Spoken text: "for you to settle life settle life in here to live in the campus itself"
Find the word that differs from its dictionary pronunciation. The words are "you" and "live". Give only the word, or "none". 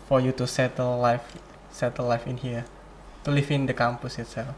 live